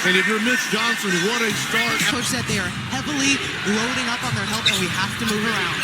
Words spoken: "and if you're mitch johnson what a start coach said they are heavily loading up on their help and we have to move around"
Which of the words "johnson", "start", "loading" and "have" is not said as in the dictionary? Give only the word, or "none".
have